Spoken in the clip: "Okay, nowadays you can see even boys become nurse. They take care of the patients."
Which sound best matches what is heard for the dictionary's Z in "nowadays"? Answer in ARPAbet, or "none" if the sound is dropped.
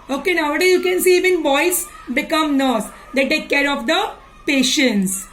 none